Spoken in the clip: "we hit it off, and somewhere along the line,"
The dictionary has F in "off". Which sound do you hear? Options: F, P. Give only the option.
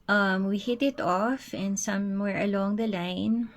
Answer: F